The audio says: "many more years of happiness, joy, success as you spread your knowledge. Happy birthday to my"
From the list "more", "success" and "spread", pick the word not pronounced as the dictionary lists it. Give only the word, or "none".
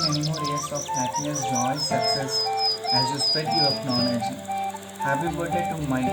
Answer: spread